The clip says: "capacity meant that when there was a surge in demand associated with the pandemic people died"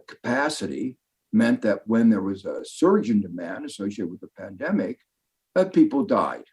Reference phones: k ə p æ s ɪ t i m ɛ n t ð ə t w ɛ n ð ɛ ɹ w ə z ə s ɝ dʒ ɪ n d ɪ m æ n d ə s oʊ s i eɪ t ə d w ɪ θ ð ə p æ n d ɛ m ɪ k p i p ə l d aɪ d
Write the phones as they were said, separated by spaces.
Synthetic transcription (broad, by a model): k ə p æ s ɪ t i m ɛ n ð ə t w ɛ n ð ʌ ɹ w ə z ə s ɝ dʒ ɪ n d ɪ m æ n d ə s oʊ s i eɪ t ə w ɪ ð ə p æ n d ɛ m ɪ k p i p l d aɪ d